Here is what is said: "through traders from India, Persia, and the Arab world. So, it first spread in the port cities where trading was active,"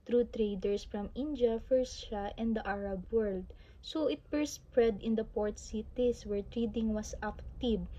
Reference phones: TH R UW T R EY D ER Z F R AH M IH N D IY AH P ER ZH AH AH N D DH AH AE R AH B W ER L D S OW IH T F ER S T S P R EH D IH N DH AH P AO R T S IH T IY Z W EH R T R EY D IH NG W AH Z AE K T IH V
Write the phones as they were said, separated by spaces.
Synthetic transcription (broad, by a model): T R UW T R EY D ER S F R AH M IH N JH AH F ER SH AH AH N D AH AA R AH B W ER L D S OW IH T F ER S S P R EH D IH N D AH P AO R T S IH T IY S W EH R T R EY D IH NG W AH S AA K T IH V